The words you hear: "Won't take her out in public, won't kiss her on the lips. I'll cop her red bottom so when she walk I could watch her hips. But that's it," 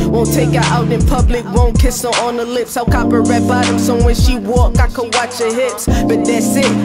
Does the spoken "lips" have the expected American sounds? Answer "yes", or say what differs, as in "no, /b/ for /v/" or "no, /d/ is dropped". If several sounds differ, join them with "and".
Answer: yes